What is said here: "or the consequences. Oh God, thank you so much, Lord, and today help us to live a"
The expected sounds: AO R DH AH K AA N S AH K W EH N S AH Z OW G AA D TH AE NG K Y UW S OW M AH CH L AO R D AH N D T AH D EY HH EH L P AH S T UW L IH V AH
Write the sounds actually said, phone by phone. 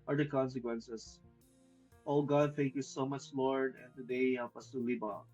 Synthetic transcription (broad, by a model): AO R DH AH K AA N S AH K W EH N S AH S OW G AA D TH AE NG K Y UW S OW M AH CH L AO R D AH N T AH D EY HH EH L P AH S T UW L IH B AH